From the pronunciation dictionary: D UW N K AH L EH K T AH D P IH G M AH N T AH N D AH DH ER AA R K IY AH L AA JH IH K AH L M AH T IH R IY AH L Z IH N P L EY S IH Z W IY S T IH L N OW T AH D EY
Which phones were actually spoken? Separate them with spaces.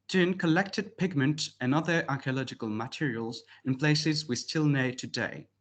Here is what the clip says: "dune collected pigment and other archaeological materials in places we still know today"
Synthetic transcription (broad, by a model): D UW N K AH L EH K T AH D P IH G M AH N T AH N AH DH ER AA R K IY AH L AA JH IH K AH L M AH T IH R IY AH L Z IH N P L EY S IH Z W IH S T IH L N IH T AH D EY